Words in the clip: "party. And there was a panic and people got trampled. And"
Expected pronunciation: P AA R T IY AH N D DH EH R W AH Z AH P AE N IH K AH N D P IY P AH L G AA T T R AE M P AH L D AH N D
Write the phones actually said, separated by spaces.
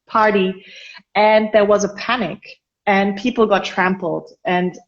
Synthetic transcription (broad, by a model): P AA R T IY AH N DH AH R W AH Z AH P AE N IH K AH N P IY P L G AA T T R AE M P L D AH N